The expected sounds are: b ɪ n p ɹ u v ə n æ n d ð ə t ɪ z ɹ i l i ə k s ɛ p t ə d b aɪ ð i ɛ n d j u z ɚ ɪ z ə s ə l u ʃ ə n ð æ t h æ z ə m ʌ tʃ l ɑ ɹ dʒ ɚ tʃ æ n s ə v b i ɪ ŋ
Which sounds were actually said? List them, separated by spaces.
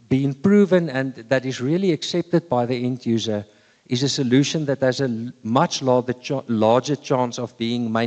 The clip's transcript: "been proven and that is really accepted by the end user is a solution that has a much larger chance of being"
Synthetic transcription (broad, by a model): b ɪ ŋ p ɹ u v ə n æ n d ð ə t ɪ z ɹ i l i ə k s ɛ p t ə d b aɪ ð i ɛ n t j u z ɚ ɪ z ə s ə l u ʃ ə n ð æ t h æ z ə m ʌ tʃ l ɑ l dʒ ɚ tʃ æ n s ə v b i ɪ ŋ